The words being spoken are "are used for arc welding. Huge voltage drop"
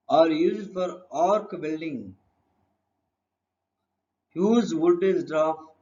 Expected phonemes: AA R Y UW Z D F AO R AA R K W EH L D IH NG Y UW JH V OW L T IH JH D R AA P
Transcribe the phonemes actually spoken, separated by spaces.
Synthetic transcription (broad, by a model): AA R Y UW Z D F AO R AA R K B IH L D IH NG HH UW Z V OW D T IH Z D R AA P